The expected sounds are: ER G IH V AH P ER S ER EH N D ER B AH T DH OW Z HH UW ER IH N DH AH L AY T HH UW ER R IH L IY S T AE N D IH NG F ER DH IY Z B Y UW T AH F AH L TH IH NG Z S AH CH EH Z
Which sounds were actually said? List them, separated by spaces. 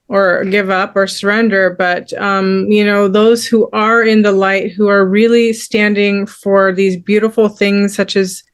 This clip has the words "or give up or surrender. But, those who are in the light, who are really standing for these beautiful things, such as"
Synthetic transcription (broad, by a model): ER G IH V AH P ER S ER EH N D ER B AH T DH OW Z HH UW ER IH N DH AH L AY T HH UW ER R IH L IY S T AE N D IH NG F ER DH IY Z B Y UW T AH F L TH IH NG Z S AH CH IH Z